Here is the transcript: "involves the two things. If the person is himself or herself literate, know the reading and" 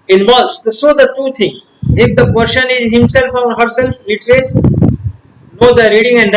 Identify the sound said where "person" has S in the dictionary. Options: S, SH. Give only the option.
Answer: SH